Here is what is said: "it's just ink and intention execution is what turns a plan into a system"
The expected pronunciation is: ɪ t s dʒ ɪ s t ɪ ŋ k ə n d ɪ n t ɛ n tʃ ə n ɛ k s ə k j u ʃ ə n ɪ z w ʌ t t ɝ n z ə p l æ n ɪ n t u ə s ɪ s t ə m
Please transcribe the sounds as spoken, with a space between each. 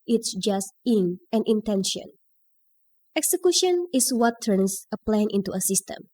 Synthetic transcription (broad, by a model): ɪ t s dʒ ɪ s t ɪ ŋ ə n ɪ n t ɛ n ʃ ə n ɛ k s ə k j u ʃ ə n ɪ s w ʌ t t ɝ n s ə p l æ n ɪ n t u ə s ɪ s t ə m